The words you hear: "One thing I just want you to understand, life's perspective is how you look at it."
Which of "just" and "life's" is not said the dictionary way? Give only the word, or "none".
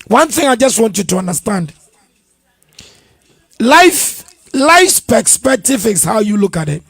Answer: none